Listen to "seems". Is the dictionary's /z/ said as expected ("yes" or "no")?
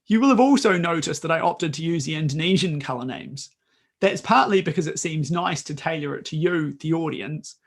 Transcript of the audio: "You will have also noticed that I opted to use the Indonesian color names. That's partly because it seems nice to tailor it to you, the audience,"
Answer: yes